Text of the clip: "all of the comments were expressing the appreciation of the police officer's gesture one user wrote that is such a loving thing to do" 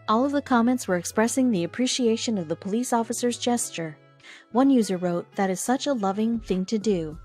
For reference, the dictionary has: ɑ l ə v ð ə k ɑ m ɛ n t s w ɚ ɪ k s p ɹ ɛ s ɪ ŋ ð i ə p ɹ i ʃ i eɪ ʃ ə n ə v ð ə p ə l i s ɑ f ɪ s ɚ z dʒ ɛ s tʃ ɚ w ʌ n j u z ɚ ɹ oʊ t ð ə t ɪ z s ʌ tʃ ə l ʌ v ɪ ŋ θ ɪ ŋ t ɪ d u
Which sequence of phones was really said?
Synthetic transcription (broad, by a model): ɑ l ə v ð ə k ɑ m ɛ n t s w ɚ ɪ k s p ɹ ɛ s ɪ ŋ ð i ə p ɹ i ʃ i eɪ ʃ ə n ə v ð ə p ə l i s ɑ f ɪ s ɚ z dʒ ɛ s tʃ ɚ w ʌ n j u z ɚ ɹ oʊ t ð ə t ɪ z s ʌ tʃ ə l ʌ v ɪ ŋ θ ɪ ŋ t ɪ d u